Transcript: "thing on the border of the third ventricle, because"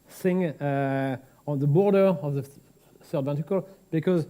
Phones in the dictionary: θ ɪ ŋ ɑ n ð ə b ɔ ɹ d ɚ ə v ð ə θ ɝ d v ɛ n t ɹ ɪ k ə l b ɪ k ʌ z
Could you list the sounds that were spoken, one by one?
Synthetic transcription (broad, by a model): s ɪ ŋ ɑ n ð ə b ɔ ɹ d ɚ ə v ð ə s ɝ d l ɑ n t ɪ k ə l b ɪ k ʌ z